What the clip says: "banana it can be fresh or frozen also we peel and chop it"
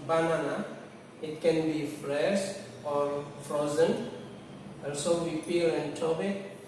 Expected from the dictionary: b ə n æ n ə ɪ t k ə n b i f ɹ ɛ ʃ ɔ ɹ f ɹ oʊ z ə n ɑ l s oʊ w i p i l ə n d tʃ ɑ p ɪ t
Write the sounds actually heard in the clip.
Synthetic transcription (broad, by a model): b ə n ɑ n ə ɪ t k ə n b i f ɹ ɛ ʃ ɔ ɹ f ɹ oʊ z ə n ɑ l s oʊ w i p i l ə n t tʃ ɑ b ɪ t